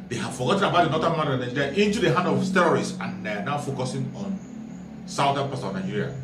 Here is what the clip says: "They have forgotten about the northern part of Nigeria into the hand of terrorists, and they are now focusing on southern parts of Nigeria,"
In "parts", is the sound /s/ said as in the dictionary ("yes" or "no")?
no